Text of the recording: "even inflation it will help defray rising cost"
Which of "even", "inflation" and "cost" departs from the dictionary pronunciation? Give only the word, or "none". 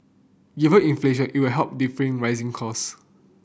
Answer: cost